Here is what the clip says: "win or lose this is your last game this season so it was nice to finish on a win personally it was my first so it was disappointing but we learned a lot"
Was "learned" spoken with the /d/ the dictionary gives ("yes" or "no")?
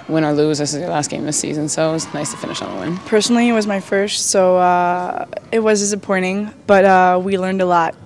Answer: yes